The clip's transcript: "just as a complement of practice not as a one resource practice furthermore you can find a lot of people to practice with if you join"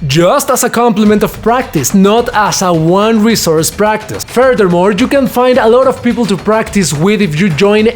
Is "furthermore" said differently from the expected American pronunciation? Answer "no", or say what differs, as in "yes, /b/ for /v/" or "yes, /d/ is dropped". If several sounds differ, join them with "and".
no